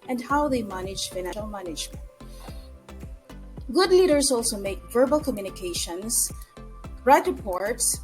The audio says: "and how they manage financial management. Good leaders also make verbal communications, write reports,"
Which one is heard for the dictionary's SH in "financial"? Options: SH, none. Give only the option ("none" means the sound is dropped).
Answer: none